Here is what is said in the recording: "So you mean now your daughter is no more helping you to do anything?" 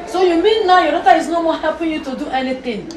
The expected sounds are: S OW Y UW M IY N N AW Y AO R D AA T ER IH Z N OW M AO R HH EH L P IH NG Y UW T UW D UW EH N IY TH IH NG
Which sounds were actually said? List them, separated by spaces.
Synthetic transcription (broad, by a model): S OW Y UW M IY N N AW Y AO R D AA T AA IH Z N OW M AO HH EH P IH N Y UW T UW D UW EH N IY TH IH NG